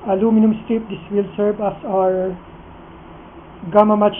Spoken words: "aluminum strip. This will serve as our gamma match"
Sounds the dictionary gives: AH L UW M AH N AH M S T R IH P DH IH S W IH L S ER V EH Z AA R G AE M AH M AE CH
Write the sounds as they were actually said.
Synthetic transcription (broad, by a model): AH L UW M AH N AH M S T IH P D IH S W IH L S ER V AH S AA R G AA M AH M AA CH